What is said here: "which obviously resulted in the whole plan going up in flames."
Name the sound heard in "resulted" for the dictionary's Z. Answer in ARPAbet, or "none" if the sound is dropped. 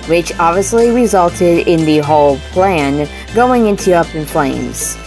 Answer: Z